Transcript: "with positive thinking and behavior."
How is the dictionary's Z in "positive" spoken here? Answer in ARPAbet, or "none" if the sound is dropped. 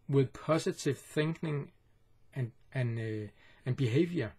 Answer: S